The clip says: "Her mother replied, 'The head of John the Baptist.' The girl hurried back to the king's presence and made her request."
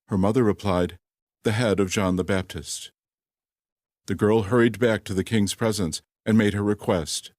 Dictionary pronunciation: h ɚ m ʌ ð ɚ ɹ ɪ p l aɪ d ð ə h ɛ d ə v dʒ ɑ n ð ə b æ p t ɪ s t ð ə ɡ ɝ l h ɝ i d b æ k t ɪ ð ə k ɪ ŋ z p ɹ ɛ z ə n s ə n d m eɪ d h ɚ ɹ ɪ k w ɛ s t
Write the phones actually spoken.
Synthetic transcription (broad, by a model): h ɚ m ʌ ð ɚ ɹ ɪ p l aɪ d ð ə h ɛ d ə v dʒ ɑ n ð ə b æ p t ɪ s t ð ə ɡ ɝ l h ɝ i d b æ k t ɪ ð ə k ɪ ŋ z p ɹ ɛ z ə n s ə n m eɪ d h ɚ ɹ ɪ k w ɛ s t